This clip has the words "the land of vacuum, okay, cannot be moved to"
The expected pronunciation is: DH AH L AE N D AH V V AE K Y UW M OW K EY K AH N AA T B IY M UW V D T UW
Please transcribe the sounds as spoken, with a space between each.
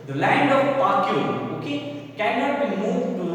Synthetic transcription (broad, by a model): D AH L AE N D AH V P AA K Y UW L OW K EY K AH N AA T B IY M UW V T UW